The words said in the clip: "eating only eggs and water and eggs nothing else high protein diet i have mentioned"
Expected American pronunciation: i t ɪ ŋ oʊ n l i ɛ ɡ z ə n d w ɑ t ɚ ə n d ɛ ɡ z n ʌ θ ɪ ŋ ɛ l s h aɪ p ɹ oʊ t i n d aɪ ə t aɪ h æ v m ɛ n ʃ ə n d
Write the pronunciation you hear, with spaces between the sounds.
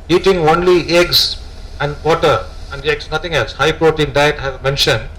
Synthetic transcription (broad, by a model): i t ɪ ŋ oʊ n l i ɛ ɡ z ə n d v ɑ t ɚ ə n d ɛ ɡ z n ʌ t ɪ ŋ ɛ l s h aɪ p ɹ oʊ t i n d aɪ ə t h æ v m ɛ n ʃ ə n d